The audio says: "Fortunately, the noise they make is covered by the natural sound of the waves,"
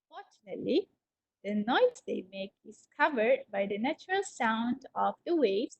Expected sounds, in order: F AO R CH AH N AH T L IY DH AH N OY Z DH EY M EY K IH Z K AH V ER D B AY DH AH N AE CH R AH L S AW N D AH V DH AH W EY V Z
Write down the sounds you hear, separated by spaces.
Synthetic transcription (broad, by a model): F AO R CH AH N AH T L IY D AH N OY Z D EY M EY K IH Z K AH V ER D B AY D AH N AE CH R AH L S AW N D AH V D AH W EY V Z